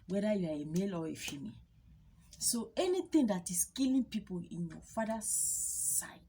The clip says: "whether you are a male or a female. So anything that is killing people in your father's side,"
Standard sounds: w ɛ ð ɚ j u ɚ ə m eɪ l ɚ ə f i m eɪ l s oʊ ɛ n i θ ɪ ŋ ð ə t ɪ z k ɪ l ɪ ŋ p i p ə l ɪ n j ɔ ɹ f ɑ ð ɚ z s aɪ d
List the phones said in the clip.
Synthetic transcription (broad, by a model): w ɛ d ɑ j u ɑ ə m eɪ l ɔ ə f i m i s oʊ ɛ n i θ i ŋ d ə t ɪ s k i l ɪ p i p ə l ɪ n j ɔ f ɑ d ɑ s aɪ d